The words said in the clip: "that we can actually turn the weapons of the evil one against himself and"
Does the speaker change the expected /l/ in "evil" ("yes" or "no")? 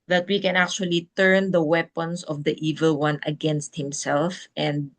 no